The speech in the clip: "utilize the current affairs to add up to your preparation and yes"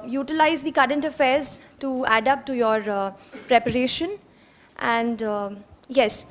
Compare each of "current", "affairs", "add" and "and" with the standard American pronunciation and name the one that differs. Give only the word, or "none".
none